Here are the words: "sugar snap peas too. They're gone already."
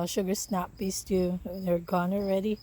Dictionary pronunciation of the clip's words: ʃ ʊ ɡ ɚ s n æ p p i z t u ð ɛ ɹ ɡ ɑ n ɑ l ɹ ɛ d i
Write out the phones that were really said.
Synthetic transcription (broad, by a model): ʃ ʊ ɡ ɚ s n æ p b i s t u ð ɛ ɹ ɡ ɑ n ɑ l ɹ ɛ d i